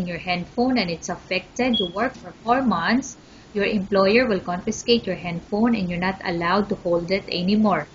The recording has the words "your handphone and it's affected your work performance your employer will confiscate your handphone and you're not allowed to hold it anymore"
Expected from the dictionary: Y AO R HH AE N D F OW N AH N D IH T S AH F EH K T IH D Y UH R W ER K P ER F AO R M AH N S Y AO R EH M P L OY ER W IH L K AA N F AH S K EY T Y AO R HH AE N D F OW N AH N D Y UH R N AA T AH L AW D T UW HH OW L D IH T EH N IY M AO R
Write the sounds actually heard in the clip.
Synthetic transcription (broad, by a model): Y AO R HH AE N D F OW N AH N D IH T S AH F EH K T IH D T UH W ER K F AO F AO R M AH N S Y AO R EH M P L OY ER W IH L K AA N F AH S K EY T Y AO R HH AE N D F OW N AH N D Y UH R N AA T AH L AW D T UW HH OW L D IH T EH N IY M AO R